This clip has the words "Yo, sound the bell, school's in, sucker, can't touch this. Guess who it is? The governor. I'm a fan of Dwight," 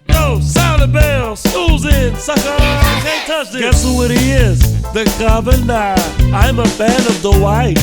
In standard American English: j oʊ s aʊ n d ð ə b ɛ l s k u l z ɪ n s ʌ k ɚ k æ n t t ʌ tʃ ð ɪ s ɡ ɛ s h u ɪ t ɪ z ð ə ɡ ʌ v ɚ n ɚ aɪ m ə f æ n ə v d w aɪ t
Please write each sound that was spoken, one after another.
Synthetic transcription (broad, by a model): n oʊ s aʊ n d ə b ɛ l s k u l z ɪ n s ʌ k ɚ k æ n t t ʌ tʃ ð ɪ ɡ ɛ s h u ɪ t ɪ z ð ə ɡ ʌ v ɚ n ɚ aɪ m ə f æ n ə v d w aɪ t